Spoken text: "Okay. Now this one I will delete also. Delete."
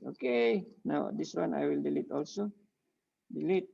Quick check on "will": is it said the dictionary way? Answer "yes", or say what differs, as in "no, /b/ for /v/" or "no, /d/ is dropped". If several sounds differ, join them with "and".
yes